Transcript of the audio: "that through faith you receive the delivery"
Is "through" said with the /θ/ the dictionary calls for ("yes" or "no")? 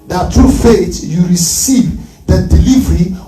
no